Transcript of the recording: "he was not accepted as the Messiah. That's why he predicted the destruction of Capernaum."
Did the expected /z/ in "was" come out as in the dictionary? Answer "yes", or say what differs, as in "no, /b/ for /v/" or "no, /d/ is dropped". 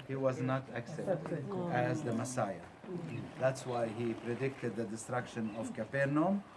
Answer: yes